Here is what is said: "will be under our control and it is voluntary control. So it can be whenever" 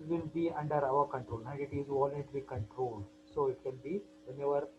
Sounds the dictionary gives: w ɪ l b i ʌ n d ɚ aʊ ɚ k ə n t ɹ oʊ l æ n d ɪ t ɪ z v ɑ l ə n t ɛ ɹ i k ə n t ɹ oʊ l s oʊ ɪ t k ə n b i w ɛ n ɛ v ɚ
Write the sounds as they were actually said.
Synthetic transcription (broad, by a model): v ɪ l b i ʌ n d ɚ aʊ ɚ k ə n t ɹ oʊ l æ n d ɪ t ɪ z v ɑ l ə n t ɛ ɹ i k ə n t ɹ oʊ l s oʊ ɪ t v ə l b i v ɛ n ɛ v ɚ